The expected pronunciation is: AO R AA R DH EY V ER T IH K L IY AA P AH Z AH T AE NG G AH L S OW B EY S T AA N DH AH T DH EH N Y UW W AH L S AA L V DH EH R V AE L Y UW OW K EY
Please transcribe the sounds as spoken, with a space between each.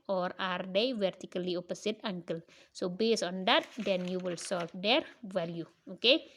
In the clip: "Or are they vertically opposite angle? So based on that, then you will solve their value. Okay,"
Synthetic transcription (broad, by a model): AO R AA R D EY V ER T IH K L IY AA P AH S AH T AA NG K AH L S OW B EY S AA N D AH T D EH N Y UW W AH L S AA L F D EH R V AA L Y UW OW K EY